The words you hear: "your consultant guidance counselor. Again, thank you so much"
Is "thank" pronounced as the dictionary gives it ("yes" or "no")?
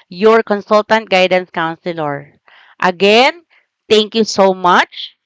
no